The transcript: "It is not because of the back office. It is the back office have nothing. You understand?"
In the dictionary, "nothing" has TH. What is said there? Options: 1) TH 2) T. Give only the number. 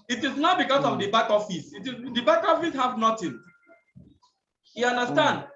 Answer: 2